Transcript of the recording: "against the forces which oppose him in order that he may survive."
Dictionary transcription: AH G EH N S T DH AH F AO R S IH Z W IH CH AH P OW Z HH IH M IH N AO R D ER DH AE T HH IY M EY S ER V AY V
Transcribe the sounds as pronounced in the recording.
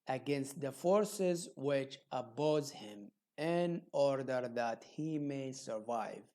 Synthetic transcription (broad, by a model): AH G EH N S T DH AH F AO R S IH Z W IH CH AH B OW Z HH IH M IH N AO R D ER DH AE T HH IY M EY S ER V AY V